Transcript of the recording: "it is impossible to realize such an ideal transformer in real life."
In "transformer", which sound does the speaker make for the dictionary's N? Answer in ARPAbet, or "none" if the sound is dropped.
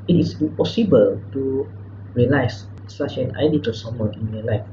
none